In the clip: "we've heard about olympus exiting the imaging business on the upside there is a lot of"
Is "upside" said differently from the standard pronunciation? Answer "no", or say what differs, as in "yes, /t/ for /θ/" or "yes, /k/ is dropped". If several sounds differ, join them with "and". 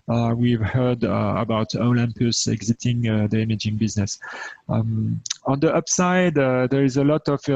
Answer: no